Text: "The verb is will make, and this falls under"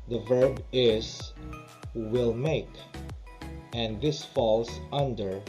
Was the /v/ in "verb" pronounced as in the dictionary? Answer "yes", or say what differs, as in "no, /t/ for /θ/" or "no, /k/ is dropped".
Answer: yes